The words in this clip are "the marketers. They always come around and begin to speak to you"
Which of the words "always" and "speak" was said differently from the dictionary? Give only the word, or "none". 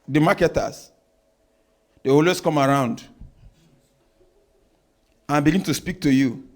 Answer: always